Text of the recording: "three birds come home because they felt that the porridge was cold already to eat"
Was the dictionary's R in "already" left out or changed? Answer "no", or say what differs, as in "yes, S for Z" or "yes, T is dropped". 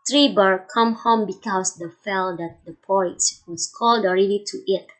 no